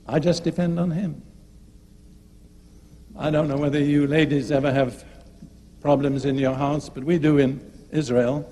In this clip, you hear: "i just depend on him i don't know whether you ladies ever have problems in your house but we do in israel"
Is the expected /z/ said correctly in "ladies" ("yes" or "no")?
yes